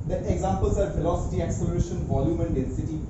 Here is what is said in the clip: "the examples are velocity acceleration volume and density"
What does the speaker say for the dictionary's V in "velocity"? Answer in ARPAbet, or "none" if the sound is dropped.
F